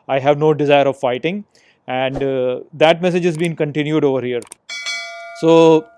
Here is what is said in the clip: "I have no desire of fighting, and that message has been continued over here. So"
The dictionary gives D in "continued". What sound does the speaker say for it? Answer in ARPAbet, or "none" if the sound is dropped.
D